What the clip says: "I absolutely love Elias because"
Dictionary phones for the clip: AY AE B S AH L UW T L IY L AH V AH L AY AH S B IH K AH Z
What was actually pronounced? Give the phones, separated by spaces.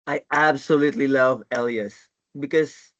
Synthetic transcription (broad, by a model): AY AE B S AH L UW T L IY L AH V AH L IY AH S B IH K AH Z